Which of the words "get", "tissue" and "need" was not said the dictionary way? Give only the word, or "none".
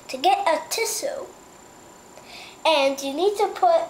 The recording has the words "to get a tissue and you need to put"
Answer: tissue